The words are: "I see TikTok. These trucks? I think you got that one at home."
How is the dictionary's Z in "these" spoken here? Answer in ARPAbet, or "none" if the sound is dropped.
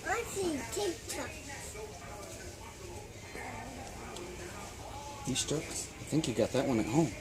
S